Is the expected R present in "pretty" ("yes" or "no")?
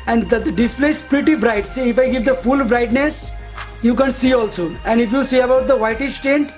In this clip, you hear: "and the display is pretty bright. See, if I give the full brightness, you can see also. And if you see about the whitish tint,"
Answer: yes